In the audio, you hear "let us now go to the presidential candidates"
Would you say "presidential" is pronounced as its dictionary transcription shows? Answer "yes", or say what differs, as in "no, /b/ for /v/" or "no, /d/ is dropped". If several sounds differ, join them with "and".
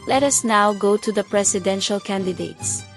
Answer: no, /s/ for /z/